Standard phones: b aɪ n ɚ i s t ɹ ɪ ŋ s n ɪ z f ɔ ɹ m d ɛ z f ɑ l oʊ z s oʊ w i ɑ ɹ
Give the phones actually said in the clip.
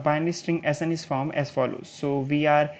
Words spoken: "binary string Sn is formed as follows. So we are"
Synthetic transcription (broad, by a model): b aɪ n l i s t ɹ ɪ ŋ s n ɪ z f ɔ ɹ m ɛ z f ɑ l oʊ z s oʊ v i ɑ ɹ